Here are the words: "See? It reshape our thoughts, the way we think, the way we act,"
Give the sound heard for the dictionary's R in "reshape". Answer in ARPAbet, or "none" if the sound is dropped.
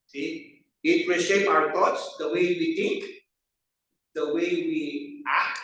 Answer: W